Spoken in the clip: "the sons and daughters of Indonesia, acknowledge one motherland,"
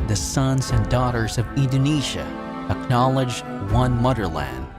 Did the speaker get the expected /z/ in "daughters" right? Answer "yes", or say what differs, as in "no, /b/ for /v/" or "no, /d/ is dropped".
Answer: yes